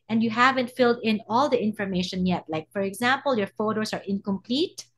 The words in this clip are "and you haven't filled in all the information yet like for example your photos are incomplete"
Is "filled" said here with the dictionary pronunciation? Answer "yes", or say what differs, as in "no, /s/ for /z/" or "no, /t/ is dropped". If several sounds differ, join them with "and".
yes